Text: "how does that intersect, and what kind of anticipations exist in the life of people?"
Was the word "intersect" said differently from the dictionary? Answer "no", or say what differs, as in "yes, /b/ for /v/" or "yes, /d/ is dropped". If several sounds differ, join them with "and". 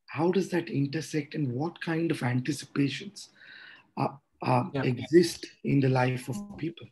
no